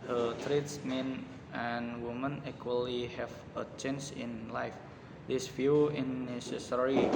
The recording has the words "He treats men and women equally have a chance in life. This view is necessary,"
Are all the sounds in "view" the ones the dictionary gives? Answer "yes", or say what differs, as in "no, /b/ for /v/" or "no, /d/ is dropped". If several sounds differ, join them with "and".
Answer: no, /f/ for /v/